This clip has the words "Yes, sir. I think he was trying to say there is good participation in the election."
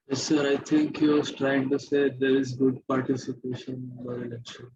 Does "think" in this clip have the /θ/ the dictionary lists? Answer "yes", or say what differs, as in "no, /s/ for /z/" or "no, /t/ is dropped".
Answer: no, /t/ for /θ/